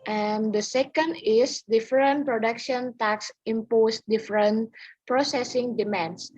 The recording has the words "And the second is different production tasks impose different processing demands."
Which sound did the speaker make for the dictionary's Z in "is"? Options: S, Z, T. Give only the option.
S